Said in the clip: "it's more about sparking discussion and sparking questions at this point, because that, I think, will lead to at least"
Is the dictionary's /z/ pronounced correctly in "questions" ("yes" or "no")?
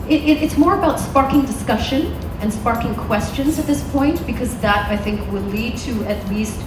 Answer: yes